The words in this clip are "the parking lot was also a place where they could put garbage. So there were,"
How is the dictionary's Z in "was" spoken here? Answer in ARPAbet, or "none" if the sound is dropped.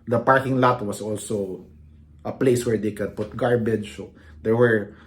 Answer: S